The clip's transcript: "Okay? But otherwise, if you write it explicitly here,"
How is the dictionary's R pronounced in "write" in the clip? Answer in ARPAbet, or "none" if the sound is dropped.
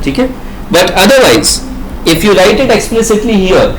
L